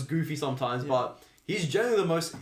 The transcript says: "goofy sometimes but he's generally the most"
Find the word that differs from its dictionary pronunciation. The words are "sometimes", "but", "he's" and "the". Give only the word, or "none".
none